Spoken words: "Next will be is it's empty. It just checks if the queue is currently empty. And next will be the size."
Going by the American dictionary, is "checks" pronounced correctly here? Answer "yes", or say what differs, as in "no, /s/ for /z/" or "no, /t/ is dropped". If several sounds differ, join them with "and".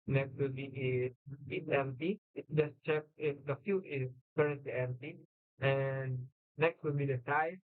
no, /s/ is dropped